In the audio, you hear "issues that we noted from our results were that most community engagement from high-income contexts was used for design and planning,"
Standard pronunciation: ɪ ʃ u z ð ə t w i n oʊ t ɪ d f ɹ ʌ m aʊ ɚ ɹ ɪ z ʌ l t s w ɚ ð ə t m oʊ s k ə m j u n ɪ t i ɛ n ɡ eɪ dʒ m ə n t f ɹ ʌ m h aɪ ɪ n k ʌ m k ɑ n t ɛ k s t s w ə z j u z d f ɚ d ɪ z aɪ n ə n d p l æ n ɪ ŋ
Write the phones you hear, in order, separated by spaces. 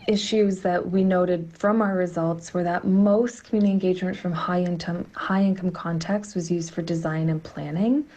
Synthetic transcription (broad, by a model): ɪ ʃ u z ð ə t w i n oʊ t ɪ d f ɹ ʌ m aʊ ɚ ɹ ɪ z ʌ l t s w ɚ ð ə t m oʊ s k ə m j u n ɪ t i ɛ n ɡ eɪ dʒ m ə n t f ɹ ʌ m h aɪ ɪ n k ʌ m k ɑ n t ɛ k s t w ə z j u z d f ɚ d ɪ z aɪ n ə n p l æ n ɪ ŋ